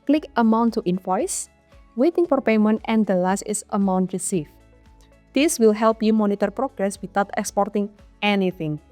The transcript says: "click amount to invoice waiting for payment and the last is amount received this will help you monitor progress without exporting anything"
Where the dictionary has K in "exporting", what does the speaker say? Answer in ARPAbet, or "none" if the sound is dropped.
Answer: K